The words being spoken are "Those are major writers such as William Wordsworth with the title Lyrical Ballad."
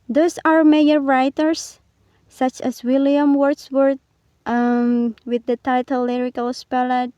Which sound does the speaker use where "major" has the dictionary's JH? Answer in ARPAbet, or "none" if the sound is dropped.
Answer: none